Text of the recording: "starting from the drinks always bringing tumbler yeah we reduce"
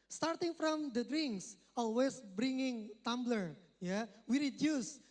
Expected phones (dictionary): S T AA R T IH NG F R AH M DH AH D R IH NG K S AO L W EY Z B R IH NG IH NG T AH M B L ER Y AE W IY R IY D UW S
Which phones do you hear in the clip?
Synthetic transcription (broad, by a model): S T AA R T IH NG F R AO M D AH D R IH NG K S AO L W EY S B R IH NG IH NG T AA M B L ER Y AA W IY R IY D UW S